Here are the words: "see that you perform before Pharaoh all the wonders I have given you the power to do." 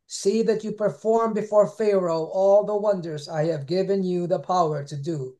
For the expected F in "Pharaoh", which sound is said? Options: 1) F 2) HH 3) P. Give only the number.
1